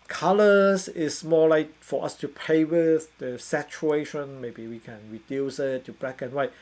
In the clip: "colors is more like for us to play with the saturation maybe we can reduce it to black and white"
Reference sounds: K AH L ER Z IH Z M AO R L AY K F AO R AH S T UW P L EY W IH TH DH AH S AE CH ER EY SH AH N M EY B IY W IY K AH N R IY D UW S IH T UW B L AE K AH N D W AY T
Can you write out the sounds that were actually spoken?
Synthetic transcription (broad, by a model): K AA L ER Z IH S M AO L AY K F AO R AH S T UW P EY W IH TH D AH S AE CH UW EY SH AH N M EY B IY W IY K AH N R IY D UW S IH T UW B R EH K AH N W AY